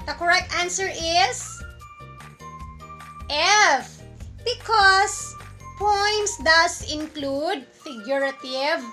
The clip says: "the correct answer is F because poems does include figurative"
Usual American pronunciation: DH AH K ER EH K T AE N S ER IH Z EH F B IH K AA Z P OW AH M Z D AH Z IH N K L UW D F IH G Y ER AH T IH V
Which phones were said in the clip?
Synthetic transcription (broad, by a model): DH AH K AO EH K T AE N S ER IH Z EH F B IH K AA S P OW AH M S D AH S IH N K L UW D F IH G Y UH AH T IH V